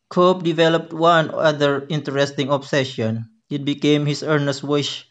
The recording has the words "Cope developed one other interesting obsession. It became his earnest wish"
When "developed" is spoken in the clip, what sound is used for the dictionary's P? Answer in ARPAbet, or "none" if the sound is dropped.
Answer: P